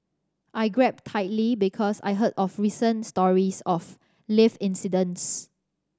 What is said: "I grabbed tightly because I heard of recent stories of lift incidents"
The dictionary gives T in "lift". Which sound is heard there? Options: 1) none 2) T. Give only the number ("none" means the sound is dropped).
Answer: 1